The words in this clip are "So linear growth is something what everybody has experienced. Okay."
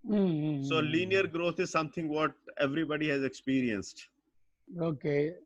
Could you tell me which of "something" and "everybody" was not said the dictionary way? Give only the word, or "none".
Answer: something